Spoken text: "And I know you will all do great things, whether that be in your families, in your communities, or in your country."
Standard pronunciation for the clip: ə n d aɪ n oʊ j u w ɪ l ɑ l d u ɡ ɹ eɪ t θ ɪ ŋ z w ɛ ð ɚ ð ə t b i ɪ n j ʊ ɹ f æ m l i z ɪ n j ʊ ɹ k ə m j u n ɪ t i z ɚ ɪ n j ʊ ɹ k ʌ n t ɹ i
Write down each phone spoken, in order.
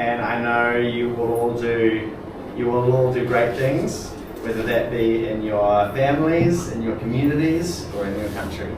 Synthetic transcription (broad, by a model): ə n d aɪ n oʊ j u w ɪ l ɑ l d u ɡ ɹ eɪ t θ ɪ ŋ z w ɛ ð ɚ ð ə t b i ɪ n j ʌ ɹ f æ m l i z ɪ n j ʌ ɹ k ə m j u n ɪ t i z ɚ ɪ n j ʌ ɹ k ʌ n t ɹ i